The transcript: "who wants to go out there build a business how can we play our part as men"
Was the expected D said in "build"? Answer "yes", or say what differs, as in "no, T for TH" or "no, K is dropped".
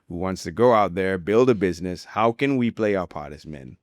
yes